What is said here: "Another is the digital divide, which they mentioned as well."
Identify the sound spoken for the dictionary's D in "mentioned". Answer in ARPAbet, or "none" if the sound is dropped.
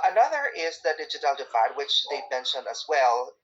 none